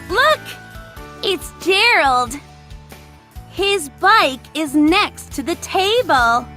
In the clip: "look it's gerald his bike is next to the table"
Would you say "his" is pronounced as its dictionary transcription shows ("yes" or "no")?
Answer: yes